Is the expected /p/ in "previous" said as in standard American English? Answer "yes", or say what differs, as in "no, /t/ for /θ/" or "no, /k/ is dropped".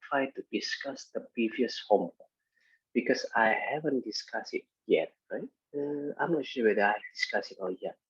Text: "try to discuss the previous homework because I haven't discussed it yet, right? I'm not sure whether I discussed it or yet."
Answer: yes